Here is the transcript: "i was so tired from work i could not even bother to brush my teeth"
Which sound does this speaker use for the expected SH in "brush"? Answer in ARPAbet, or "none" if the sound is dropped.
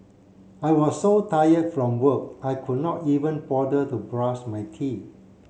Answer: S